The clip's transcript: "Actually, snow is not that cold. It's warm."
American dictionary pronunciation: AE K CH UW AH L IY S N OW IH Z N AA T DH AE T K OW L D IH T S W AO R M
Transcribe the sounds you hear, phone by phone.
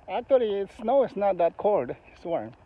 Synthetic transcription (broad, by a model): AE K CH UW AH L IY S N OW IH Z N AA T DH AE T K OW L D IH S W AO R